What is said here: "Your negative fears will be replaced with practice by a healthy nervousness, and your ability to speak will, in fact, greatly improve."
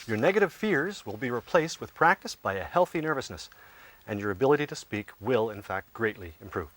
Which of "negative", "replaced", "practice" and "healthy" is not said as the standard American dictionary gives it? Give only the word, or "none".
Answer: none